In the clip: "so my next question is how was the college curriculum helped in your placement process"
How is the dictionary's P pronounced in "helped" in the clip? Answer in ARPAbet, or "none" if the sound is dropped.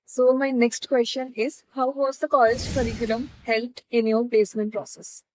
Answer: none